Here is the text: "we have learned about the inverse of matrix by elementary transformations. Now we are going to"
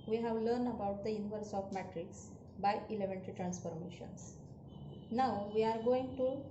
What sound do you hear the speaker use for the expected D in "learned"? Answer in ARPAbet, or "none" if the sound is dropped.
D